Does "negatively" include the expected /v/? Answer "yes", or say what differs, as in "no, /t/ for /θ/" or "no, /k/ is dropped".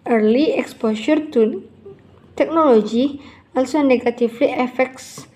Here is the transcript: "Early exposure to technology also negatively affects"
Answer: no, /f/ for /v/